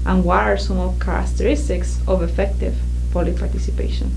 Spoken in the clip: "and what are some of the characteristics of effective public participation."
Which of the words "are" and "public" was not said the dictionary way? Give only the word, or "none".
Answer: public